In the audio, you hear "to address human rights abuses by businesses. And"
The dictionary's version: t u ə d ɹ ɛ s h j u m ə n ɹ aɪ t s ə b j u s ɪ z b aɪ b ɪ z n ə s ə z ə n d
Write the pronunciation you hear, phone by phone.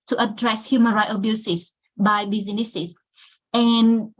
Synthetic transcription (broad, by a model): t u ə d ɹ ɛ s h j u m ə n ɹ aɪ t ə b j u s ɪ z b aɪ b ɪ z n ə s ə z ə n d